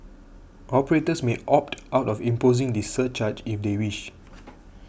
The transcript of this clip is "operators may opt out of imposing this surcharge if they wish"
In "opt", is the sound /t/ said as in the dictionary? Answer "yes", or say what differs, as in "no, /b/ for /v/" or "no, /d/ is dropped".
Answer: yes